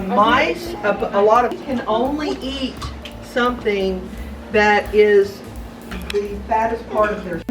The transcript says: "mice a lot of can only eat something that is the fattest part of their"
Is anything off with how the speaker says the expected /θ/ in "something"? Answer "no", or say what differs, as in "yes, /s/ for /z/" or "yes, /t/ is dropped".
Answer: no